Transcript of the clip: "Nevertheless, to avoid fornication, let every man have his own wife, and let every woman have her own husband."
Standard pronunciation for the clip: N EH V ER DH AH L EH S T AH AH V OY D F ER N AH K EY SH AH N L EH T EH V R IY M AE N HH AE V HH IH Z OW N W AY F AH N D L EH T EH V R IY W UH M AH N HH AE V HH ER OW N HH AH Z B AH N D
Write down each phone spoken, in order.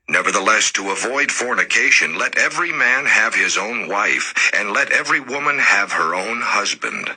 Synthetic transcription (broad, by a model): N EH V ER DH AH L EH S T AH AH V OY D F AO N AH K EY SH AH N L EH T EH V R IY M AE N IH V IH Z OW N W AY F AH N L EH T EH V R IY W UH M AH N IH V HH ER OW N HH AH Z B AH N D